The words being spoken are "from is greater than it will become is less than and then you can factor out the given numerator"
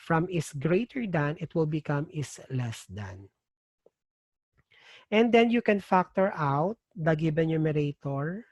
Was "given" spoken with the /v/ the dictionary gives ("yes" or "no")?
no